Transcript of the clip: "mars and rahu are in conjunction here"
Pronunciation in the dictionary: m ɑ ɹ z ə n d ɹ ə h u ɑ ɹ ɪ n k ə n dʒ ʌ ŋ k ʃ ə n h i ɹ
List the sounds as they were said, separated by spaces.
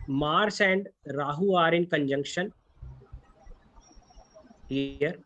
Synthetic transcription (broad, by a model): m ɑ ɹ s ə n d ɹ ə h u ɑ ɹ ɪ n k ə n dʒ ʌ ŋ k ʃ ə n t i ɹ